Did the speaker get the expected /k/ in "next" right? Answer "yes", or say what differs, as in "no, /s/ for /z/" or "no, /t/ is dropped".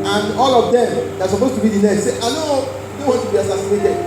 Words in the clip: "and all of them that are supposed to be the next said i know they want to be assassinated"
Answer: no, /k/ is dropped